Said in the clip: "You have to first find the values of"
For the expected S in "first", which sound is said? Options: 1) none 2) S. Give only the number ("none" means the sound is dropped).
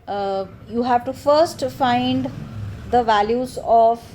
2